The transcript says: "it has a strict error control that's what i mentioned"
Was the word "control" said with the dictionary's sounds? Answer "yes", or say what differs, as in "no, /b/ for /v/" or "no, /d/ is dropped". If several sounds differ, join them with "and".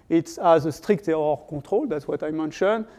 no, /n/ is dropped